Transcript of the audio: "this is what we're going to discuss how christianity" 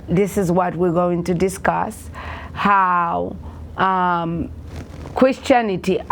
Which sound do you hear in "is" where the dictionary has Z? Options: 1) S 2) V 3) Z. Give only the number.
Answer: 3